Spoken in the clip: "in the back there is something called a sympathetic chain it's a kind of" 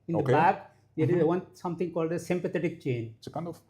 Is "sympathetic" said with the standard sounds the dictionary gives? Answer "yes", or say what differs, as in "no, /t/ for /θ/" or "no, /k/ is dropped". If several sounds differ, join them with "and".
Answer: no, /t/ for /θ/